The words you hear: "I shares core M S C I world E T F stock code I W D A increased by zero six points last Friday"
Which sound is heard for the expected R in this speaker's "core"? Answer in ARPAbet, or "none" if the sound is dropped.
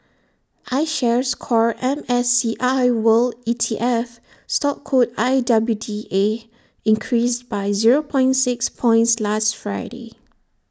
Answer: R